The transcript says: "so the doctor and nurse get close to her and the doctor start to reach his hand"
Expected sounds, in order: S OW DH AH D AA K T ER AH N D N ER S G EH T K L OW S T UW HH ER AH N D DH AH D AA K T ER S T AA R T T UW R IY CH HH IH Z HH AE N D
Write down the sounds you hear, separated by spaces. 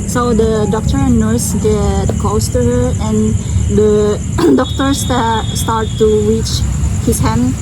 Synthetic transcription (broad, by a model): S OW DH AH D AA K T ER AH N N ER S G EH T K OW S T UW HH ER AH N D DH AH D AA K T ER S T AA R T T UW R IY CH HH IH S HH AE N